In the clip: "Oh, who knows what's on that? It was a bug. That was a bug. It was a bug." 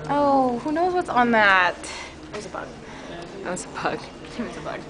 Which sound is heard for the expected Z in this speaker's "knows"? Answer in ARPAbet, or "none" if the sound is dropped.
Z